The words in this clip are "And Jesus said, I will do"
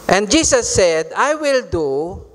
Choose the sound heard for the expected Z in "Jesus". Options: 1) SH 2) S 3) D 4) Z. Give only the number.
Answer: 2